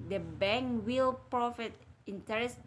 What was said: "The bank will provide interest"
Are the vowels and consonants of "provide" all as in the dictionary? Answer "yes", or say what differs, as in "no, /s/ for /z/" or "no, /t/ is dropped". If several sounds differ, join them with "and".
no, /f/ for /v/